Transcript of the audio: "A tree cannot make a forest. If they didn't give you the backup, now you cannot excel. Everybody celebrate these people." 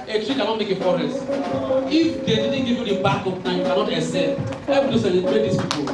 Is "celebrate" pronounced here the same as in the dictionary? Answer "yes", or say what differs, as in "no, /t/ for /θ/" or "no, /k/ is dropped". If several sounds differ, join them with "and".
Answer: no, /ɹ/ is dropped